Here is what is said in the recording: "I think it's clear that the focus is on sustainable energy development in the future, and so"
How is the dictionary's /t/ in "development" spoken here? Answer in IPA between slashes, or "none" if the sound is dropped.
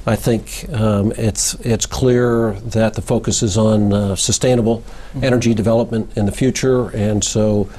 /t/